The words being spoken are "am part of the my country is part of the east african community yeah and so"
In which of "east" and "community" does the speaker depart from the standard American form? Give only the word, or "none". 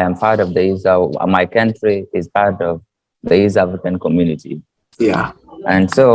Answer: east